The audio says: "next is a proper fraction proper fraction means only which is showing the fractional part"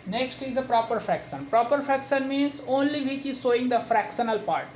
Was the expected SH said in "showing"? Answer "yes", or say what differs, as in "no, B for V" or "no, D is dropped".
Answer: no, S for SH